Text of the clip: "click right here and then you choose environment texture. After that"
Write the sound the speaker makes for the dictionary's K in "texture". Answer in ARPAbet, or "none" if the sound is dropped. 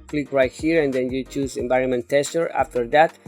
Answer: none